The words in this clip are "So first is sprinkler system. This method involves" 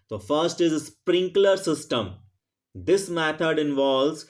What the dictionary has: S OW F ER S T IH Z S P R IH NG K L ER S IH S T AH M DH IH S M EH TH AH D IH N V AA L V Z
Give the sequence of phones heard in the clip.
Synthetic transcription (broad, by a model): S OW F ER S T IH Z S P R IH NG K L ER S IH S T AH M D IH S M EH T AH D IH N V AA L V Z